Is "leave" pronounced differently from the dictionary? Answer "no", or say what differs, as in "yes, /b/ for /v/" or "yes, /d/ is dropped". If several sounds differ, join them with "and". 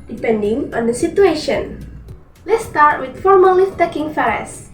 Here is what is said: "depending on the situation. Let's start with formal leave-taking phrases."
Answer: yes, /f/ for /v/